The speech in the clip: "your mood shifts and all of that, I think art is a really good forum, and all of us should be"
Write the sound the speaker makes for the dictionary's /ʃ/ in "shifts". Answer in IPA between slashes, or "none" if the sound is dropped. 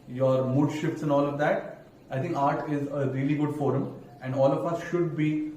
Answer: /ʃ/